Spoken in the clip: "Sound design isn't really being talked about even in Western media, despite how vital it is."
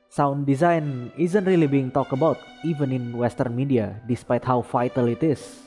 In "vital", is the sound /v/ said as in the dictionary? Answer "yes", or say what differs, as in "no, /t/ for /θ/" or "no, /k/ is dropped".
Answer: no, /f/ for /v/